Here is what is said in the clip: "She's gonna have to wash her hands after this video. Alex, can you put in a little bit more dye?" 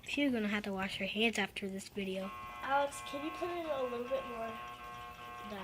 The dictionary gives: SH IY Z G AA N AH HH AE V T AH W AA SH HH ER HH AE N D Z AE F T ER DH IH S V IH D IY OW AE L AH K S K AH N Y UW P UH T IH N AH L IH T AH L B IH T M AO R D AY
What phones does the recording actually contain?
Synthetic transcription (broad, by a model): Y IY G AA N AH HH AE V T AH W AA SH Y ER HH AE N D Z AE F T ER DH IH S V IH D IY OW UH AH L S K AH N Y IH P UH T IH L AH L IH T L B IH T M AO R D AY